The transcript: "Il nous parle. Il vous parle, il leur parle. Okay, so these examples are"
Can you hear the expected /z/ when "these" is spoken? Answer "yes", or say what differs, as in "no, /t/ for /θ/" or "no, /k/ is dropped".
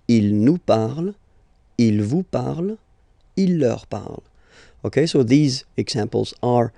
yes